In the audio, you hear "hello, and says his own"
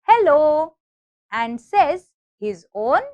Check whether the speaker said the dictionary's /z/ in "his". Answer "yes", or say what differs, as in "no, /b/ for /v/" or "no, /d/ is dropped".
yes